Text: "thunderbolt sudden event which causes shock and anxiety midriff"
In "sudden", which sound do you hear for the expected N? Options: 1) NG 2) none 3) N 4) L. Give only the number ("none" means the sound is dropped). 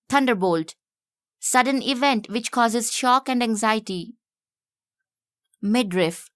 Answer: 3